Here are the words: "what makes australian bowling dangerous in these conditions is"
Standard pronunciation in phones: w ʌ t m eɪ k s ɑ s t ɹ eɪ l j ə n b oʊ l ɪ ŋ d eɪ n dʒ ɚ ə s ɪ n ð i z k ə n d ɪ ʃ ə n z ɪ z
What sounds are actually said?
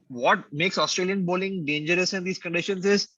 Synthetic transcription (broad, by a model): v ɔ t m eɪ k s ɑ s t ɹ eɪ l j ə n b oʊ l ɪ ŋ d eɪ n dʒ ɚ ə s ɪ n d i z k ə n d ɪ ʃ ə n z ɪ z